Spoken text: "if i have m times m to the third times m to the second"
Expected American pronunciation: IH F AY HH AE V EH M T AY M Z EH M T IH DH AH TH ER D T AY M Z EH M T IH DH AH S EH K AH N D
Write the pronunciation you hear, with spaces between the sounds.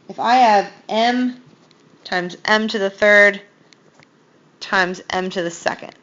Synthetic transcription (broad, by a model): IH F AY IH V EH M T AY M Z EH M T IH DH AH TH ER D T AY M Z EH M T IH DH AH S EH K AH N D